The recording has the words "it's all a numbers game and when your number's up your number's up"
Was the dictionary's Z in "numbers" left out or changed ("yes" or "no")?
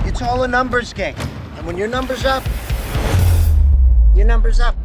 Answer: no